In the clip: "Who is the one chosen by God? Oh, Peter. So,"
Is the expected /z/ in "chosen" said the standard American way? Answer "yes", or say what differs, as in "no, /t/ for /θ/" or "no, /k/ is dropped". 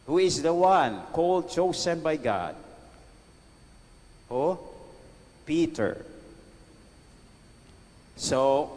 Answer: no, /s/ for /z/